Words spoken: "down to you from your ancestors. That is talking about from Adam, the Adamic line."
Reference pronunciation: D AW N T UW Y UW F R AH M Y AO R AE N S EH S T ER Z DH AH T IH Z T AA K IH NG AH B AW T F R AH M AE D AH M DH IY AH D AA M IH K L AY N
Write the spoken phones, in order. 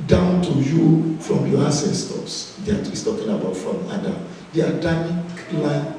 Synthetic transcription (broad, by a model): D AW N T UW Y UW F R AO M Y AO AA S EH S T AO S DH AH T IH S T AA K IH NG AH B AW T F R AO M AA D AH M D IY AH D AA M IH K L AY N